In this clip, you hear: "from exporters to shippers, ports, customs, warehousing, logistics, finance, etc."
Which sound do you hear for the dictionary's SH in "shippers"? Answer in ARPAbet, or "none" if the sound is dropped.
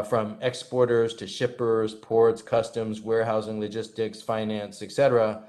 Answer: SH